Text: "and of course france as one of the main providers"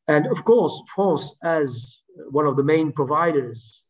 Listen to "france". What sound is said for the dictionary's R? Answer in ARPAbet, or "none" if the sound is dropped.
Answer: none